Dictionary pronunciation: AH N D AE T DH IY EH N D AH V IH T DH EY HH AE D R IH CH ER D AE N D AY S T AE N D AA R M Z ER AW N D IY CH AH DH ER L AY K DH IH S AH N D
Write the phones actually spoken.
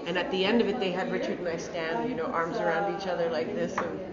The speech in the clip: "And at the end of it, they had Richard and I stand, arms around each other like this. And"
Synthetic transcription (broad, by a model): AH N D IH T DH IY EH N D AH V IH T DH EY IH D R IH CH ER D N AY S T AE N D AA R M Z ER AW N D IY CH AH DH ER L AY K DH IH S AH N